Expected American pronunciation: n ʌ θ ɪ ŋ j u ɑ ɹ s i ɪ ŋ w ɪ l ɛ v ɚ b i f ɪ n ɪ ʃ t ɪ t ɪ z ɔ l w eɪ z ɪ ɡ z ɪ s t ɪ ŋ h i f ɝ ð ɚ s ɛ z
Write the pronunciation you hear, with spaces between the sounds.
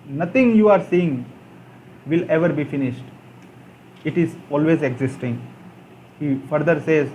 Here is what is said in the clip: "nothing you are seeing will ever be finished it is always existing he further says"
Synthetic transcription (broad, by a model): n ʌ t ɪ ŋ j u ɑ ɹ s i ɪ ŋ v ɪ l ɛ v ɚ b i f ɪ n ɪ ʃ t ɪ t ɪ z ɔ l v eɪ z ɪ ɡ z ɪ s t ɪ ŋ h i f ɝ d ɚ s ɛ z